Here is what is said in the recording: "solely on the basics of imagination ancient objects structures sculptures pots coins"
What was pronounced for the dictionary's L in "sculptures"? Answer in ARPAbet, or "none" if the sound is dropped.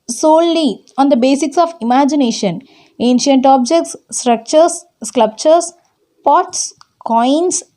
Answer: none